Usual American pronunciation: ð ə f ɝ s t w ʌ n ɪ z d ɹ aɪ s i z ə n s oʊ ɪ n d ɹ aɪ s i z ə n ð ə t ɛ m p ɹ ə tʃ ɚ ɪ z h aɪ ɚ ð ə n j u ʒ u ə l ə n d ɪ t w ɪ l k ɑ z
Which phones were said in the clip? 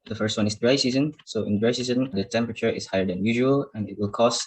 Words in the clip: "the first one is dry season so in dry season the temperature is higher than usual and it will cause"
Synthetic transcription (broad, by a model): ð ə f ɝ s t w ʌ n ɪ s d ɹ aɪ s i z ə n s oʊ ɪ n d ɹ aɪ s i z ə n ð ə t ɛ m p ɹ ə tʃ ɚ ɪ s h aɪ ɚ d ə n j u ʒ u ə l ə n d ɪ t w ɪ l k ɑ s